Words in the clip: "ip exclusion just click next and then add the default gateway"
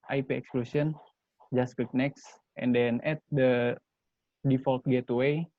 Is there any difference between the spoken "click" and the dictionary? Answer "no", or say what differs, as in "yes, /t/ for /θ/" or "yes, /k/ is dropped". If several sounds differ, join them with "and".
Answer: yes, /l/ is dropped